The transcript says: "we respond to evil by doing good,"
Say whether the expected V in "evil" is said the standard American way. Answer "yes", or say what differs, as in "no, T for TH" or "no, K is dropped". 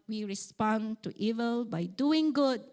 yes